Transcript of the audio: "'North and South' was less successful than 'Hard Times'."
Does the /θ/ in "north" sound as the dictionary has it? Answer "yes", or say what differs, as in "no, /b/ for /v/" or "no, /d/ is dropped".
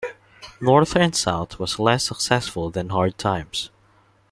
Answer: yes